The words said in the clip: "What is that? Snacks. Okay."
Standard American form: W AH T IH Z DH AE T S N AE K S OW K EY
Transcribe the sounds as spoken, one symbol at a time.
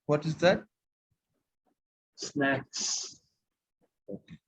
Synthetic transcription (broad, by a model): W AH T IH Z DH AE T S N AE K S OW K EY